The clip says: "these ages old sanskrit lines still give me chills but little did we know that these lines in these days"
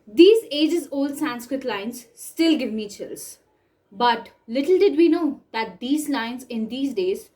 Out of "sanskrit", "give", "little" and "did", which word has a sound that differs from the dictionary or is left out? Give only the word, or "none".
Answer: none